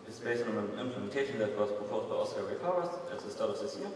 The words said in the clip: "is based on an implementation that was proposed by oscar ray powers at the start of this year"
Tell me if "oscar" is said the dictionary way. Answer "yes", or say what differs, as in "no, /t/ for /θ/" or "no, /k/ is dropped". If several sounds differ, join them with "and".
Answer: no, /k/ is dropped